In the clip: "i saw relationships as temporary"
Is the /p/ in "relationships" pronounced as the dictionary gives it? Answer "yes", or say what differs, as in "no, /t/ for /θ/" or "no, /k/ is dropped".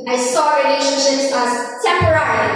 no, /p/ is dropped